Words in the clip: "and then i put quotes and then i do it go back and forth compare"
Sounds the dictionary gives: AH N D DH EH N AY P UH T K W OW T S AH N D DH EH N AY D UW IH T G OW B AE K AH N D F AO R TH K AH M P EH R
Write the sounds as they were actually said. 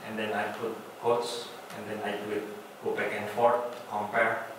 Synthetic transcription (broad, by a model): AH N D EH N AY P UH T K OW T S AH N D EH N AY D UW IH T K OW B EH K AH N F AO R T K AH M P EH R